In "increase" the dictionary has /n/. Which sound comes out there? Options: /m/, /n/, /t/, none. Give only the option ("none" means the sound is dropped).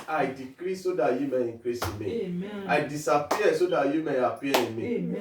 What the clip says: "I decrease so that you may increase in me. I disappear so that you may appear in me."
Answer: none